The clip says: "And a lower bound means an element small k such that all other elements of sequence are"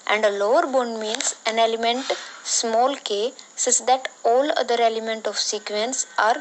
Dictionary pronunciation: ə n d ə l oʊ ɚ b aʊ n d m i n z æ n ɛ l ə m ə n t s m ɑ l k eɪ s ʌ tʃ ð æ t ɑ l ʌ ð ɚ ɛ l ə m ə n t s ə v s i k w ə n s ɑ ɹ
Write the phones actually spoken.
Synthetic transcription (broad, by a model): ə n d ə l oʊ ɚ b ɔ n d m i n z æ n ɛ l ə m ə n t s m ɑ l k eɪ s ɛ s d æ t ɑ l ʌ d ɚ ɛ l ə m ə n t ə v s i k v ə n s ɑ ɹ